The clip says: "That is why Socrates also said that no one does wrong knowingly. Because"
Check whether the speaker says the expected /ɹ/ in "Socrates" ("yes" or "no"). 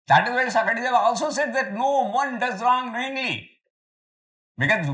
no